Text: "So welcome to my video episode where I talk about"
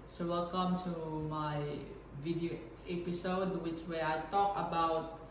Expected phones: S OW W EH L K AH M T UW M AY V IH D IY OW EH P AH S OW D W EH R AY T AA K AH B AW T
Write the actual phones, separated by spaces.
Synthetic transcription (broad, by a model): S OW W EH L K AH M T UW M AY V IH D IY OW EH P AH S OW D W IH W AY T AA K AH B AW T